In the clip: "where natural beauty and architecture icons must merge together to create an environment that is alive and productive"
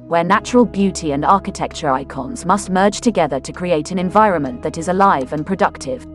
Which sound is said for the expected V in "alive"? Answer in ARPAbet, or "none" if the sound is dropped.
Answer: V